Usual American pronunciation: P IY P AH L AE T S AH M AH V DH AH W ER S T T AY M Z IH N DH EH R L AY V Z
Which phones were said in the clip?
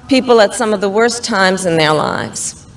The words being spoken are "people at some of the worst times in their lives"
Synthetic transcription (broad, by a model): P IY P L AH T S AH M AH V DH AH W ER S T T AY M Z IH N DH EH R L AY V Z